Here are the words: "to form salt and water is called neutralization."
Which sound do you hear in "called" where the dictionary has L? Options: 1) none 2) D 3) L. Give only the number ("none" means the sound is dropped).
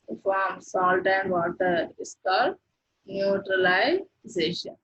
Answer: 1